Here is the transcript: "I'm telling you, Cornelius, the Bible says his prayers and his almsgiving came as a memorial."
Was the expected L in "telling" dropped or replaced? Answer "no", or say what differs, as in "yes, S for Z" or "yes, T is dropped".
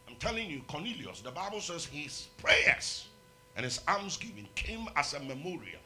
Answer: no